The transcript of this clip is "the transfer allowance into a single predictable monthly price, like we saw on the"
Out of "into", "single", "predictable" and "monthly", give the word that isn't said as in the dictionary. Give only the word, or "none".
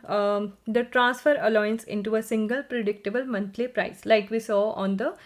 monthly